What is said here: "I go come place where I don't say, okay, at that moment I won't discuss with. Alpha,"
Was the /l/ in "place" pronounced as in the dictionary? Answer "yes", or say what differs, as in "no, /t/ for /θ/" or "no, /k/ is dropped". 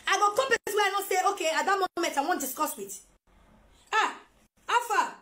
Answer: no, /l/ is dropped